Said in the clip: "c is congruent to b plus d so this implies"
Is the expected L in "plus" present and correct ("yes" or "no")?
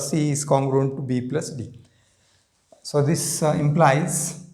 yes